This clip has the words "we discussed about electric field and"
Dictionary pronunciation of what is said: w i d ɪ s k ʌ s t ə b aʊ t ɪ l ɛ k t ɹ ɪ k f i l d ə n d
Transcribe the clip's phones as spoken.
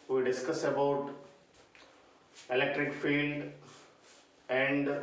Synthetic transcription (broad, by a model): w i d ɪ s k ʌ s ə b aʊ t ɪ l ɛ k t ɹ ɪ k f i l d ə n d